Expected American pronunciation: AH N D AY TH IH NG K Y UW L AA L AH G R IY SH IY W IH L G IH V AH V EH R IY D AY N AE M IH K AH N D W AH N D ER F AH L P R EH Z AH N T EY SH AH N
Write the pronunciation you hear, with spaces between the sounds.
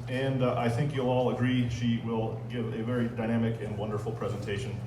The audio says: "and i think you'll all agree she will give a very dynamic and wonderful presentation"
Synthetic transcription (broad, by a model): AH N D AY TH IH NG K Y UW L AA L AH G R IY SH IY W IH L G IH V AH V EH R IY D AY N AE M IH K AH N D W AH N D ER F L P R EH Z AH N T EY SH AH N